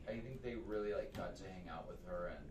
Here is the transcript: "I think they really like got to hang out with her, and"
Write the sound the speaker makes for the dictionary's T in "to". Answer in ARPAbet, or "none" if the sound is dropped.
S